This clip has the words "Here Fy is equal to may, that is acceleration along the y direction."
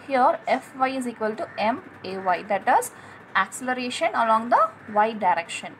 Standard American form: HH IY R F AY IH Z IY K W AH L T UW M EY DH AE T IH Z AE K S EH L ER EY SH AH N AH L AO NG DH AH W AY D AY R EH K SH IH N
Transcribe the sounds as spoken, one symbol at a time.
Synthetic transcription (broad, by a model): HH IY R F AY IH Z IY K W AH L T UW M EY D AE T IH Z AE K S EH L ER EY SH AH N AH L AO NG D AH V AY D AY R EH K SH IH N